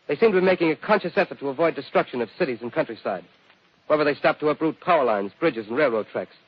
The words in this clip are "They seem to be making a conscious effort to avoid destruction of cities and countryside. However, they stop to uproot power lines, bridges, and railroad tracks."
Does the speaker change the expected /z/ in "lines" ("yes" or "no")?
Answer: no